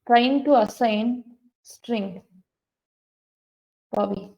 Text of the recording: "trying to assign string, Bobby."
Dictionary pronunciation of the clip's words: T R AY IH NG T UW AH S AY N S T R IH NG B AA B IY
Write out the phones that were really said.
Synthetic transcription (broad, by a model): T R AY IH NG T UW AH S AY N S T R IH NG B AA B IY